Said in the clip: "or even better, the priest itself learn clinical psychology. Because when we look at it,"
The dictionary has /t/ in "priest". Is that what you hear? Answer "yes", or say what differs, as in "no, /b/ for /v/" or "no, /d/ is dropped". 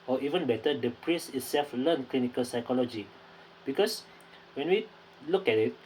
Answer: no, /t/ is dropped